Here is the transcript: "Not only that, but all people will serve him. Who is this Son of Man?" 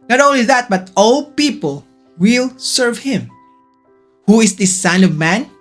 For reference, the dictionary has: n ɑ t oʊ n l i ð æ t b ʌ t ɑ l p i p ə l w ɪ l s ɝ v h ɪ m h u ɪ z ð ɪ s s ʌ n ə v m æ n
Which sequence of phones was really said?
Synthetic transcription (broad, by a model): n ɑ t oʊ n l i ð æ t b ʌ t ɑ l p i p ə l w ɪ l s ɝ v h ɪ m h u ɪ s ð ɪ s s ʌ n ə v m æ n